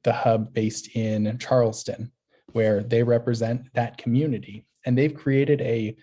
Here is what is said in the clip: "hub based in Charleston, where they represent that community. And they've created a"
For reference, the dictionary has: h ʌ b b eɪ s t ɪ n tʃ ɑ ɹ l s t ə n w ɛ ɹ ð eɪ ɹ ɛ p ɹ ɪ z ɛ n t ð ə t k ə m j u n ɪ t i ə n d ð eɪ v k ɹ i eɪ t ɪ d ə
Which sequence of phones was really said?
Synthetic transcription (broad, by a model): h ʌ b b eɪ s t ɪ n tʃ ɑ ɹ l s t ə n w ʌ ɹ ð eɪ ɹ ɛ p ɹ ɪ z ɛ n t ð ə t k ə m j u n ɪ t i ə n ð eɪ v k ɹ i eɪ t ɪ d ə